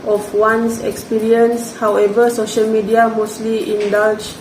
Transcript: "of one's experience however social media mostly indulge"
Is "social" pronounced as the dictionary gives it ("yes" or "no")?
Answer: yes